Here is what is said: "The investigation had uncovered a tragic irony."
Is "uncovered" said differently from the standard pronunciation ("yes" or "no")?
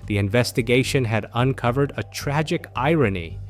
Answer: no